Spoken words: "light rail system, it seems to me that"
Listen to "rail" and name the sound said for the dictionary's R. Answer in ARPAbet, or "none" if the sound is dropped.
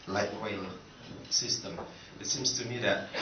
W